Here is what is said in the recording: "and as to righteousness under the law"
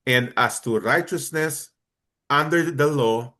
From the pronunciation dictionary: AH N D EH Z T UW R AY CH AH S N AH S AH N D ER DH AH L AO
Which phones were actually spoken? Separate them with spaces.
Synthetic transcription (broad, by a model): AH N D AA S T UW R AY CH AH S N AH S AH N D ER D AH L AO